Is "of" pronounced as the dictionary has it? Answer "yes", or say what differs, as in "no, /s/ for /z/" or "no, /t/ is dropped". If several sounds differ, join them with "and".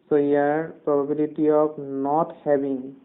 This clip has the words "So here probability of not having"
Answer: no, /p/ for /v/